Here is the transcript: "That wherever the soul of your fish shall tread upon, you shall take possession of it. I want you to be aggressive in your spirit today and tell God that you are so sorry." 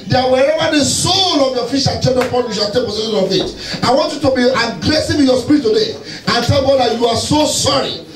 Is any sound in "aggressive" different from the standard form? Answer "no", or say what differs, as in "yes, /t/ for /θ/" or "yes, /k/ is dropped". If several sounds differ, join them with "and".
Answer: yes, /w/ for /v/